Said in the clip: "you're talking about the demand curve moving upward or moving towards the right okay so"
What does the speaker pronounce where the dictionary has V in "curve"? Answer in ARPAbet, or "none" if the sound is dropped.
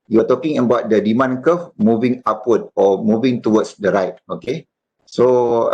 F